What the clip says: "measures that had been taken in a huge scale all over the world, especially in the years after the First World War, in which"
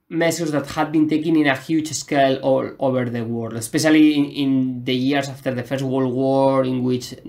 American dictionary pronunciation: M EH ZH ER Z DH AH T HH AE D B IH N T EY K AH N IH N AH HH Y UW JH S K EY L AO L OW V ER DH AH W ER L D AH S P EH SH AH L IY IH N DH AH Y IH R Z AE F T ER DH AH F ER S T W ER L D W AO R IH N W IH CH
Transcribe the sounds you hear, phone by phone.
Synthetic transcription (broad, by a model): M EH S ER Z DH AH T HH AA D B IH N T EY K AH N IH N AH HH Y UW CH S K EY L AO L OW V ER DH AH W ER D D AH S P EH SH AH L IY IH N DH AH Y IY R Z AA F T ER DH AH F ER S T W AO L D W AO R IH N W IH CH